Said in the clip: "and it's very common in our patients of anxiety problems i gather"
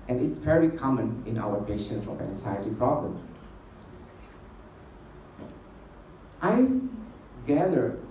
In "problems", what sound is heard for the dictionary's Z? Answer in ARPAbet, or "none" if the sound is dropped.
none